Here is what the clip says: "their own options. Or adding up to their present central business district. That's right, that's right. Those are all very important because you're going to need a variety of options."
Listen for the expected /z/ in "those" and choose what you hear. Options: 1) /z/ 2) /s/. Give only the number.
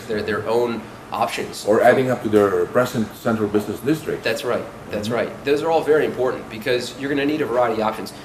1